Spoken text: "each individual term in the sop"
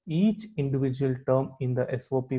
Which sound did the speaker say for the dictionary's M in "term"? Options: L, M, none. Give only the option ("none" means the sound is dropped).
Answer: M